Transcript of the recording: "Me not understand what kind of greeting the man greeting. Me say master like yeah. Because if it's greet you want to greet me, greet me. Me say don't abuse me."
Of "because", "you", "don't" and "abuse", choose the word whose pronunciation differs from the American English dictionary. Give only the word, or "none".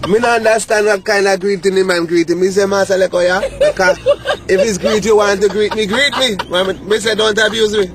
because